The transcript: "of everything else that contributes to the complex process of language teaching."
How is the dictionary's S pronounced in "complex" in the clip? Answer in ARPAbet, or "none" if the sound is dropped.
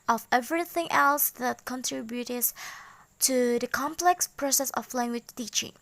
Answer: S